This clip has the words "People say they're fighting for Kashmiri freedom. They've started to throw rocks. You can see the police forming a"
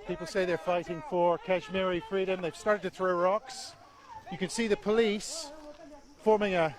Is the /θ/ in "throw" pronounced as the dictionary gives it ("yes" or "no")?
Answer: yes